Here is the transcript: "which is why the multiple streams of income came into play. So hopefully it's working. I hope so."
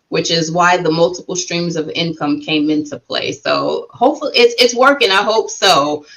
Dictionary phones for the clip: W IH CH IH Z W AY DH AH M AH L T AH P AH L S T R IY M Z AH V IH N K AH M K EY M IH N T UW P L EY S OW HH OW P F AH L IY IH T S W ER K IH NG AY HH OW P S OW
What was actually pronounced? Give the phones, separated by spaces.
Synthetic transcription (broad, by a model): W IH CH IH Z W AY DH AH M AH L T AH P L S T R IY M Z AH V IH N K AH M K EY M IH N T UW P L EY S OW HH OW P F L IY IH T S W ER K IH NG AY HH OW P S OW